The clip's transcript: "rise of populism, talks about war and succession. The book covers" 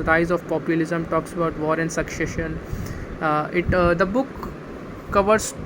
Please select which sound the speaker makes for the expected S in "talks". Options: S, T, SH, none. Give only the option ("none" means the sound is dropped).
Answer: S